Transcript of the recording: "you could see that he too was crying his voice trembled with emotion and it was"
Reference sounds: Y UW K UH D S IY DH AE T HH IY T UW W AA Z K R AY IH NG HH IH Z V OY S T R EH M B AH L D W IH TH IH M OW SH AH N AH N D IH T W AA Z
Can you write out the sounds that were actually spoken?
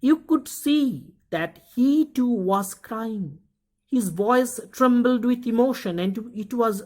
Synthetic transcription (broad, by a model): Y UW K UH D S IY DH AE T HH IY T UW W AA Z K R AY IH NG HH IH Z V OY S T R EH M B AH L D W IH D IH M OW SH AH N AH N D IH T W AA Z